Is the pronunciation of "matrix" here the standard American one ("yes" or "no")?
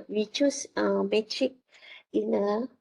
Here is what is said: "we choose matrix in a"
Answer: no